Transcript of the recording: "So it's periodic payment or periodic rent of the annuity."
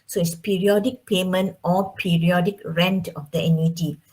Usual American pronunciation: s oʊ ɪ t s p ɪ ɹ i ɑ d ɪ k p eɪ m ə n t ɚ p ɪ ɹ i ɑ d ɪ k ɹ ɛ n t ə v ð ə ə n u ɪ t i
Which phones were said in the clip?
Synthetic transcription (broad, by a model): s oʊ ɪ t s p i ɹ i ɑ d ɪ k p eɪ m ə n t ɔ p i ɹ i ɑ d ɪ k ɹ ɛ n t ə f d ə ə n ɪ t i